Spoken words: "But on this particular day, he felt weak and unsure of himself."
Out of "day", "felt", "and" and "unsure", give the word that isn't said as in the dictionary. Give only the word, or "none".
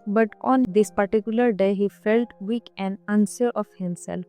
unsure